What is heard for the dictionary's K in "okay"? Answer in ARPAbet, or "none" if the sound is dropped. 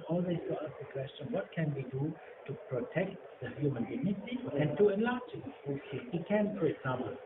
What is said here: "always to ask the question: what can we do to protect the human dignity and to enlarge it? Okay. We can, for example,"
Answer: none